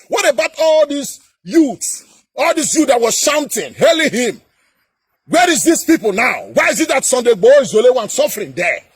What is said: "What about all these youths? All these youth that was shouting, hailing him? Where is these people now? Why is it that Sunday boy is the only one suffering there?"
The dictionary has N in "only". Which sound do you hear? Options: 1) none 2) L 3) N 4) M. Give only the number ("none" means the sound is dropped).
1